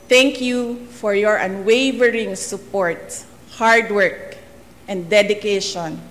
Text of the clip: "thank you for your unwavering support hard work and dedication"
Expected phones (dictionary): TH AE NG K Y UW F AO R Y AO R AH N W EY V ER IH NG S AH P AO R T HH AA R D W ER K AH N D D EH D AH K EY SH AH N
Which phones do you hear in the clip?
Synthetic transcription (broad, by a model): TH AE NG K Y UW F AO R Y AO R AH N W EY V ER IH NG S AH P AO R T HH AA R D W ER K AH N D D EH D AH K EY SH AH N